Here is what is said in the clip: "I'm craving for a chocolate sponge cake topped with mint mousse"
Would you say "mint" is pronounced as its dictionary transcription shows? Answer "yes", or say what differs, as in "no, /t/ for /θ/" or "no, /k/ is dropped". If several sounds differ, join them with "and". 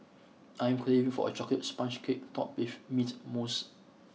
no, /n/ is dropped